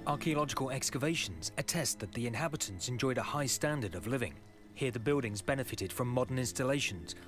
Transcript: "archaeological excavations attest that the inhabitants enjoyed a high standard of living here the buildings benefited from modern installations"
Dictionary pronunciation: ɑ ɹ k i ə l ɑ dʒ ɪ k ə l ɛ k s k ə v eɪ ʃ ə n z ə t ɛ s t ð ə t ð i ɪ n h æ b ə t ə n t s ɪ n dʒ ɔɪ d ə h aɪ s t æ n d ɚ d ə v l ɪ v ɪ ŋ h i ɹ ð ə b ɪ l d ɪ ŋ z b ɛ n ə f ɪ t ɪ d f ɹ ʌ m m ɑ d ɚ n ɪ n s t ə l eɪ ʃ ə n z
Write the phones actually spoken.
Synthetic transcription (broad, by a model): ɑ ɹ k i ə l ɑ dʒ ɪ k ə l ɛ k s k ə v eɪ ʃ ə n z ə t ɛ s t ð ə t ð i ɪ n h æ b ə t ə n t s ɪ n dʒ ɔɪ d ə h aɪ s t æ n d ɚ d ə v l ɪ v ɪ ŋ h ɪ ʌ ð ə b ɪ l d ɪ ŋ z b ɛ n ə f ɪ t ɪ d f ɹ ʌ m m ɑ d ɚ n ɪ n s t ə l eɪ ʃ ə n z